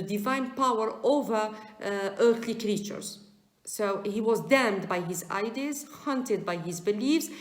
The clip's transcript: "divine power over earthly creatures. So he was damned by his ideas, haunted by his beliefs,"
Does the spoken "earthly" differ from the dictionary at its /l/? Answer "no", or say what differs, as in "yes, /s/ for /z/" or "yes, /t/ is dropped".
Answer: no